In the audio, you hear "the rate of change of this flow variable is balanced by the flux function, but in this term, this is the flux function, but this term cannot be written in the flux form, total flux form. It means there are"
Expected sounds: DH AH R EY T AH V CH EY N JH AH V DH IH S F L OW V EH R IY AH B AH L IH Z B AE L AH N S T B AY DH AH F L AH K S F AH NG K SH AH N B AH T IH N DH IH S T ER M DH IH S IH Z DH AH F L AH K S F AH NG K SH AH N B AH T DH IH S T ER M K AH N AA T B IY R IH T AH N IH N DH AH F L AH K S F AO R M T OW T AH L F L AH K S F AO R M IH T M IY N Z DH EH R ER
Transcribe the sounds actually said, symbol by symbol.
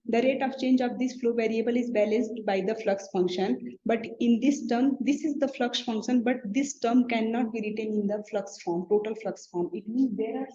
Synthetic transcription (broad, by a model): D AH R EY T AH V CH EY N JH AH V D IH S F L OW V EH R IY AH B AH L IH Z B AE L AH N S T B AY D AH F L AH K S F AH NG K SH AH N B AH T IH N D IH S T ER M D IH S IH Z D AH F L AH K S F AH NG K SH AH N B AH T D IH S T ER M K AH N AA T B IY R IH T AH N IH N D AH F L AH K S F AO R M T OW T AH L F L AH K S F AO R M IH T M IY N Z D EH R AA